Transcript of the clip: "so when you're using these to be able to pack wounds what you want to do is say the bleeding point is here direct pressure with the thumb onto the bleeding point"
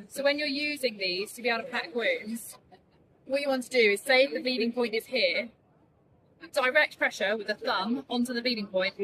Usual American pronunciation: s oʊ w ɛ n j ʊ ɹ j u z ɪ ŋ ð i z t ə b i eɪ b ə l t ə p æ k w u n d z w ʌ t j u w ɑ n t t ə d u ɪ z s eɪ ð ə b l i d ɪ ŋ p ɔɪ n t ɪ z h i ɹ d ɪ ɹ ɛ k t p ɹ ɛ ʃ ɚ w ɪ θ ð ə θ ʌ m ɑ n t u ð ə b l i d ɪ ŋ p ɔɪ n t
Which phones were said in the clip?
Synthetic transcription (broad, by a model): s oʊ w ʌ n j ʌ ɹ j u z ɪ ŋ ð i z t ə b i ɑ ə t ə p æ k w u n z w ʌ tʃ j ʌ w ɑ n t t ə d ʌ ɪ z s eɪ ð ə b i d ɪ ŋ p ɔɪ n t ɪ z h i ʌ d ɪ ɹ ɛ k t p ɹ ɛ ʃ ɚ w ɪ ð ə θ ʌ m ɑ n t u ð ə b i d ɪ ŋ p ɔɪ n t